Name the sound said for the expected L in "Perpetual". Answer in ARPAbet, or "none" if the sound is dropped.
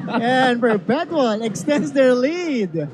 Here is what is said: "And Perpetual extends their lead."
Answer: N